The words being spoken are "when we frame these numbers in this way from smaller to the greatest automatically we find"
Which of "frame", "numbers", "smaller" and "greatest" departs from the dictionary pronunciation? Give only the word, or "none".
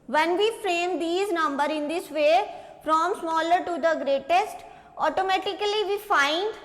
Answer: numbers